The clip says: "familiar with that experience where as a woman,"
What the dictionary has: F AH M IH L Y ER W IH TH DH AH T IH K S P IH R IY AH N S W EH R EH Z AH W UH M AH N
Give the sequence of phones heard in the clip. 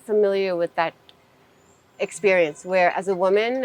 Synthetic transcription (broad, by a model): F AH M IH L Y ER W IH DH AH T IH K S P IH R IY AH N S W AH R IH Z AH W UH M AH N